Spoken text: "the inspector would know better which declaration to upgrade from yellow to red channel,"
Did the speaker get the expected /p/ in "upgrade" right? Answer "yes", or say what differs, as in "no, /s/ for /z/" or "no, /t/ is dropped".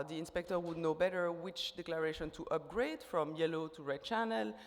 yes